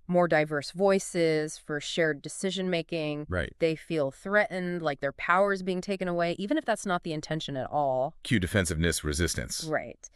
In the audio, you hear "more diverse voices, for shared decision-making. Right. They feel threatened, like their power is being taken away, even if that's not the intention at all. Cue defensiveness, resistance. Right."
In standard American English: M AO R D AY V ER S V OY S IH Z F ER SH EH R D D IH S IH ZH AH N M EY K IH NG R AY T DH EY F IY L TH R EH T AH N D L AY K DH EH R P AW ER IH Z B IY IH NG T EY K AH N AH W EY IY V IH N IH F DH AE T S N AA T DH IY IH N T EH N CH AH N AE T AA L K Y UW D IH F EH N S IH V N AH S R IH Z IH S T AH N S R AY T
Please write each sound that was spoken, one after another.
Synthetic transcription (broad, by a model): M AO R D AY V ER S V OY S IH Z F ER SH EH R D D IH S IH ZH AH N M EY K IH NG R AY T DH EY F IY L TH R EH T N D L AY K DH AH R P AW ER Z B IY IH NG T EY K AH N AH W EY IY V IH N IH F DH AE T S N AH T DH IY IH N T EH N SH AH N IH T AA L K Y UW D IH F EH N S IH V N AH S R IH Z IH S T AH N S R AY T